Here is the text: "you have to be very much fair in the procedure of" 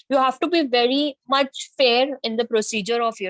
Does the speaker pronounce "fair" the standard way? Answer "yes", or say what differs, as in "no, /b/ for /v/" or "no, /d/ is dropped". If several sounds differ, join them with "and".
yes